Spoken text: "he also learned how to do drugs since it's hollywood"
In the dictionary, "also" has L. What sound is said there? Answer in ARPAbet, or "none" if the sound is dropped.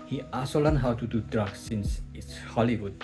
none